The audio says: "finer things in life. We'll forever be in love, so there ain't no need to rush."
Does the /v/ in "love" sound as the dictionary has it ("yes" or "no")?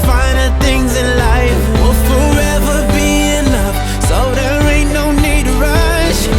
no